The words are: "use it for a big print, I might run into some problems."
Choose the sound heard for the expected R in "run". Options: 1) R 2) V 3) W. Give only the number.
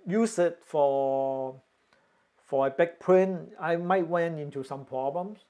3